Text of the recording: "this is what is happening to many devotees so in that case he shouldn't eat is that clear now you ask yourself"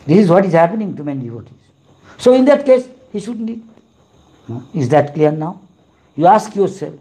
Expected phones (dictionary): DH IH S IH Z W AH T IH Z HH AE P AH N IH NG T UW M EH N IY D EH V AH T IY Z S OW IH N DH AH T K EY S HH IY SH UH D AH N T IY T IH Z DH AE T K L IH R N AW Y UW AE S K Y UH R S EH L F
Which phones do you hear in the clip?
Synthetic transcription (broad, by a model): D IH S IH Z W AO T IH Z HH AE P AH N IH NG T UW M EH N IY D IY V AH T IY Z S OW IH N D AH T K EY S HH IY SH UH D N IY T IH Z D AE T K L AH R N AW Y UW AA S K Y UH R S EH L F